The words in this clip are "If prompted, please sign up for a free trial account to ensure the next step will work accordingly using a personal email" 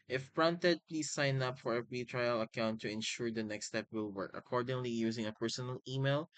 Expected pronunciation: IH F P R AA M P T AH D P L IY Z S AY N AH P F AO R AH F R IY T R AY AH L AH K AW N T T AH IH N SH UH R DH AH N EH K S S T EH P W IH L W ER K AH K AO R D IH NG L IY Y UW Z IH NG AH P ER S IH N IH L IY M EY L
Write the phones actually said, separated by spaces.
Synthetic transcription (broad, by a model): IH F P R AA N T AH D P L IY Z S AY N AH P F AO R AH P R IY T R AY AH L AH K AW N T T AH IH N SH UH R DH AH N EH K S S T EH P W IH L W ER K AH K AO R D IH NG L IY Y UW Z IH NG AH P ER S IH N IH L IY M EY L